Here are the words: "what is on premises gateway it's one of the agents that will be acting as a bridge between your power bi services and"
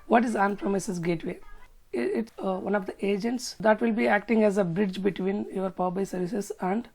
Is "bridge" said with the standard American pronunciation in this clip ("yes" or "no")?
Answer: yes